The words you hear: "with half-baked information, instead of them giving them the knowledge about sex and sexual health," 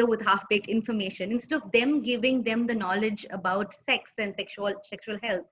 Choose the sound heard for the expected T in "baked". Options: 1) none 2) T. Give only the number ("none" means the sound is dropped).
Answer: 1